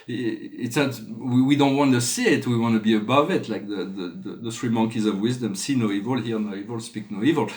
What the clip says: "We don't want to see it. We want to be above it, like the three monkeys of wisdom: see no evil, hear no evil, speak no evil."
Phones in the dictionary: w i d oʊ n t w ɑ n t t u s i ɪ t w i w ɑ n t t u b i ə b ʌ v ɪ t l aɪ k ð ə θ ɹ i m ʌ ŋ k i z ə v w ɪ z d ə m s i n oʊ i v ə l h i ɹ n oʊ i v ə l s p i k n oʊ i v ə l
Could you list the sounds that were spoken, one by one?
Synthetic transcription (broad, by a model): w i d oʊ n t w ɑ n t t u s i ɪ t w i w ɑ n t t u b i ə b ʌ v ɪ t l aɪ k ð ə s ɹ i m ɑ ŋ k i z ə v w ɪ z d ə m s i n oʊ i v ə l h i ɹ n oʊ i v ə l s p i k n oʊ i v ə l